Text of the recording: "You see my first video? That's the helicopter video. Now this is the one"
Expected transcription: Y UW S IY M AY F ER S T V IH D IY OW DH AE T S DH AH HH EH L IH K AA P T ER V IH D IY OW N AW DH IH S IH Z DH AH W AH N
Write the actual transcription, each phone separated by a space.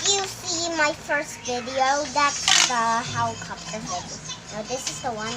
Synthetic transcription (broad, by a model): Y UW S IY M AY F ER S T V IH D IY OW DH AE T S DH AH HH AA IH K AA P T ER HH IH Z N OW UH DH IH S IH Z DH AH W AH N